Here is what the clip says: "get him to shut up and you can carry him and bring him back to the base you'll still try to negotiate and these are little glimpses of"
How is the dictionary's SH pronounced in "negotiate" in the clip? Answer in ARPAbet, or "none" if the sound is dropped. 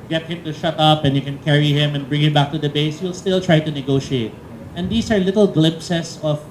SH